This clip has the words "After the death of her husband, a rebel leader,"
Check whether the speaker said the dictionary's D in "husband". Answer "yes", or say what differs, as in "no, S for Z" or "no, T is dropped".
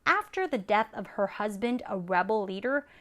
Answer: yes